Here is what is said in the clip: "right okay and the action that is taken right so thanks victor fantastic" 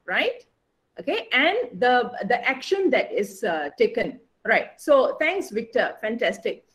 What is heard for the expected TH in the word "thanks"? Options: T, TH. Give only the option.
T